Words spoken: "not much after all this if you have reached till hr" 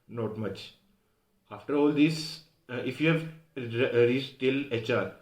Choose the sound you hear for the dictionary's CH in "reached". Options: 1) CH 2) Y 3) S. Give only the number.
3